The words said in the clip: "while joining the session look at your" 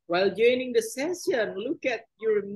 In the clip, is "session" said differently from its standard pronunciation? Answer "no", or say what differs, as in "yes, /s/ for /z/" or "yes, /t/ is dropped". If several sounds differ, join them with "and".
yes, /s/ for /ʃ/